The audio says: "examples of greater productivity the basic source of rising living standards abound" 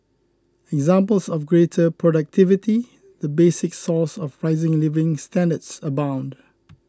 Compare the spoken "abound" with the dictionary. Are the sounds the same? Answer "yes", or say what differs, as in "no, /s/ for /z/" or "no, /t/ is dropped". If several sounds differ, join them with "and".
yes